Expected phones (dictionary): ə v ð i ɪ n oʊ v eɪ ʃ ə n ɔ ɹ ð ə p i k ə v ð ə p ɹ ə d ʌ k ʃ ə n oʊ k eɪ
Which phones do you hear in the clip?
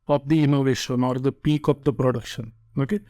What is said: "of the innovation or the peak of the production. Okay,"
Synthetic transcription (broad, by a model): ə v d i ɪ n oʊ v eɪ ʃ ə n ɔ ɹ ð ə p i k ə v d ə p ɹ ə d ʌ k ʃ ə n oʊ k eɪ